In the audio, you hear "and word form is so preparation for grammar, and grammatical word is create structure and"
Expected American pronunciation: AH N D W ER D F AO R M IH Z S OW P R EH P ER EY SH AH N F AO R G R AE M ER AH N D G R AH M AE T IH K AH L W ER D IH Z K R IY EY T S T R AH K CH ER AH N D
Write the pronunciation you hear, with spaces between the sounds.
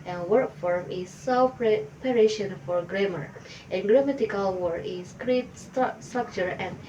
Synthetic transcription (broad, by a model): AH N W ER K F AO R M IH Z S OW P R EH P ER EY SH AH N F AO R G R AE M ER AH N G R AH M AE T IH K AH L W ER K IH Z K R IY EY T S T R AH K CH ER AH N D